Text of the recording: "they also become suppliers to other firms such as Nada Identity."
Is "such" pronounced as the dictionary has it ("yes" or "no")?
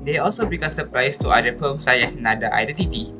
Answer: no